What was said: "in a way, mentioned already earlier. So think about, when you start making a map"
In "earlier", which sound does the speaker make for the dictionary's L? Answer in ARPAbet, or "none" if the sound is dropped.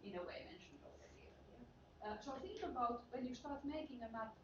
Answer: none